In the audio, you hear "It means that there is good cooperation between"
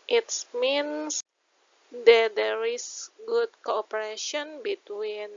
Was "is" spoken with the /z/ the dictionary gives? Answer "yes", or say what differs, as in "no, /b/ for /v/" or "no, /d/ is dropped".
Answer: no, /s/ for /z/